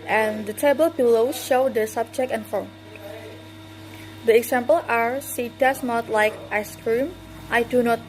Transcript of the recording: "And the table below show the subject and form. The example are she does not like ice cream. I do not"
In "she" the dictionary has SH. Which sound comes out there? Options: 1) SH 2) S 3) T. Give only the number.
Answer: 2